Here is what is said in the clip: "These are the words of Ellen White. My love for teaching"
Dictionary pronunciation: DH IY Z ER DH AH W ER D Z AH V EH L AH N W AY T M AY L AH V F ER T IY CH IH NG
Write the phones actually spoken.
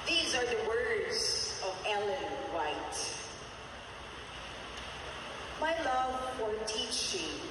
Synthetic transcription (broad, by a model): DH IY Z ER DH AH W ER D Z AH V EH L AH N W AY T M AY L AH V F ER T IY CH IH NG